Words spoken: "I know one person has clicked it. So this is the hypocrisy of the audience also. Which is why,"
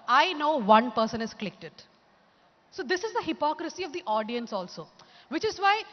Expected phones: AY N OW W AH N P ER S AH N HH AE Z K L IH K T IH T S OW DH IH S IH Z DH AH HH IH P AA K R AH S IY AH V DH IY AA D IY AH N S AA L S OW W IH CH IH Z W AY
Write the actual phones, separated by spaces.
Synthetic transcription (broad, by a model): AY N OW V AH N P ER S AH N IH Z K L IH K T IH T S OW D IH S IH Z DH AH HH IH P AA K R AH S IY AH V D IY AA D IY AH N S AA L S OW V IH CH IH Z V AY